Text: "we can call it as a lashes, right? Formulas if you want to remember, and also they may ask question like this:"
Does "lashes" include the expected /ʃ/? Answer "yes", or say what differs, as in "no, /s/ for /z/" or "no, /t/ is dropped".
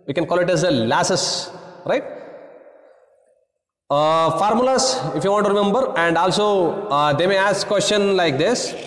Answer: no, /s/ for /ʃ/